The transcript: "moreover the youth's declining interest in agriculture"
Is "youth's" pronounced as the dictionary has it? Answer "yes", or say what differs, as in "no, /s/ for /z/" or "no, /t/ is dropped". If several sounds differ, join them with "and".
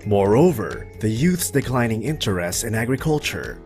yes